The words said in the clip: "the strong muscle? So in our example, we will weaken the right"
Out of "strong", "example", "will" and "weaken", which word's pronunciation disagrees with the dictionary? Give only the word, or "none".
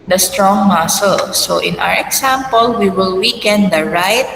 example